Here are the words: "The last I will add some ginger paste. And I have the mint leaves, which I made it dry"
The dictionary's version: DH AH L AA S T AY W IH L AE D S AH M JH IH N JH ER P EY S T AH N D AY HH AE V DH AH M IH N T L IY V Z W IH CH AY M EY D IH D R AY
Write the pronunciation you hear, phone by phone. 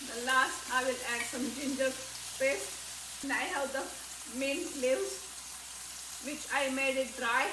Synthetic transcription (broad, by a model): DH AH L AA S T AY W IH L AE D S AH M JH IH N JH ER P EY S AH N AY HH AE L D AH M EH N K L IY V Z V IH CH AY M EY D IH D R AY